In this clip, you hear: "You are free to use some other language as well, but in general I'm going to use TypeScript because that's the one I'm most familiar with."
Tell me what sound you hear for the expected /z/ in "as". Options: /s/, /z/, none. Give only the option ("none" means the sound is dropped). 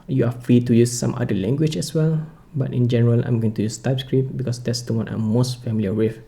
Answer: /s/